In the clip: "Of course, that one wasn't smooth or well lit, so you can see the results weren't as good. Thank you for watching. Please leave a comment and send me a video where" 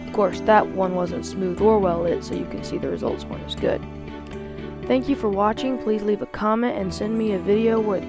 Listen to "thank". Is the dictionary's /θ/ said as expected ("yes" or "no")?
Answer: yes